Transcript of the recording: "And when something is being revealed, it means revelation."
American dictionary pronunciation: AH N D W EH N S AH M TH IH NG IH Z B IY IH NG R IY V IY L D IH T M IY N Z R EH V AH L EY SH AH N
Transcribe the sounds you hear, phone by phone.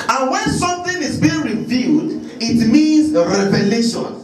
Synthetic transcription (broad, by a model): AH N W EH N S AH M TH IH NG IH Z B IY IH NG R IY V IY D IH T M IY N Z R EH V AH L EY SH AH N